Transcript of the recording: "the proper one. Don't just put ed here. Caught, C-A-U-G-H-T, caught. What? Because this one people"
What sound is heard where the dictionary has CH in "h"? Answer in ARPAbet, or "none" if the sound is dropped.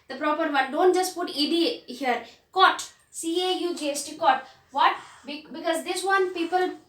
S